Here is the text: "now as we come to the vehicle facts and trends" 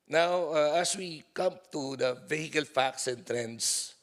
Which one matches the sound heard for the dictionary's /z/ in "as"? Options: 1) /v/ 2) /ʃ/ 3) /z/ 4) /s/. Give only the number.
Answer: 4